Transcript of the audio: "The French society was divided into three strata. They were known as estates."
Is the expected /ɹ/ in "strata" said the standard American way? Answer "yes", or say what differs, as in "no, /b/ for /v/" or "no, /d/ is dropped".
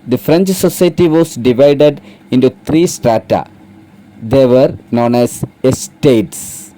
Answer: yes